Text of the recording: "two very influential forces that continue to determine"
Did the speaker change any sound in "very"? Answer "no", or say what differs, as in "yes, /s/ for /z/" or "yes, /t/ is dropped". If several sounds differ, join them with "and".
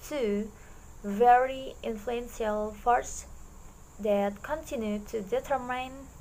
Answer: no